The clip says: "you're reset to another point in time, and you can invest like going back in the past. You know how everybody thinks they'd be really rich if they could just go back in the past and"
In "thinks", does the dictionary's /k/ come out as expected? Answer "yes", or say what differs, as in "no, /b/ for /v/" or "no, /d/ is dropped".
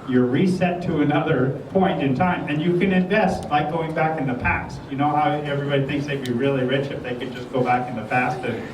yes